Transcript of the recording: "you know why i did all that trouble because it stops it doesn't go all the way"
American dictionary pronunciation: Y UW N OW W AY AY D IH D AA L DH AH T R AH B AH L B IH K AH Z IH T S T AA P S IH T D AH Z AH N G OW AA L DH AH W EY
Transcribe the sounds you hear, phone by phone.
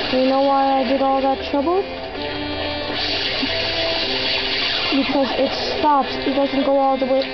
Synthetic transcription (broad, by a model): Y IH N OW W AY AY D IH D AA L DH AH T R AH B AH L B IH K AH Z IH T S T AA P S IH T D AH Z AH N G OW AA L DH AH W EY